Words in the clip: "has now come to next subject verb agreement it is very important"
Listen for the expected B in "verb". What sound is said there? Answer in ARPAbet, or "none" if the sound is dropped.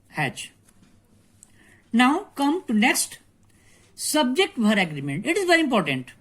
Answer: none